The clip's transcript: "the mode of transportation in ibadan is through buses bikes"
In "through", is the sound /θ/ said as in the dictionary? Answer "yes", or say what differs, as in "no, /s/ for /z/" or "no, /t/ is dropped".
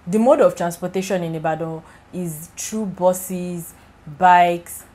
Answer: no, /t/ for /θ/